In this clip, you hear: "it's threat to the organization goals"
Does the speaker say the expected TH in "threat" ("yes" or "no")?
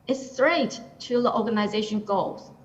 no